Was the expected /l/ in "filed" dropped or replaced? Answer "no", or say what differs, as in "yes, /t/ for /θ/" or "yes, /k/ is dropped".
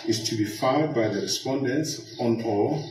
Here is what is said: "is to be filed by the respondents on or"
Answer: yes, /l/ is dropped